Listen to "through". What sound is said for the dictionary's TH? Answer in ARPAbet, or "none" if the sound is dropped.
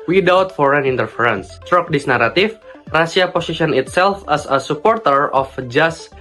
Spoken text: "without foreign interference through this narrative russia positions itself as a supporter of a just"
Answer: T